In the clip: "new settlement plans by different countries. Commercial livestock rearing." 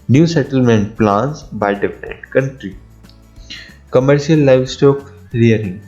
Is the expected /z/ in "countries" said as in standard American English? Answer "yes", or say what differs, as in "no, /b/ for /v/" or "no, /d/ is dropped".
no, /z/ is dropped